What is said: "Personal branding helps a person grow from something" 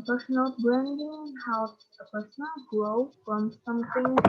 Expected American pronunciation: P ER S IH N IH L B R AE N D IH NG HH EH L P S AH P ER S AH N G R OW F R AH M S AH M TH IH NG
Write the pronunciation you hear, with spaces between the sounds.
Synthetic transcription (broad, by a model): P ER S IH N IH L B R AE N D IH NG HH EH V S AH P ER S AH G OW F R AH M S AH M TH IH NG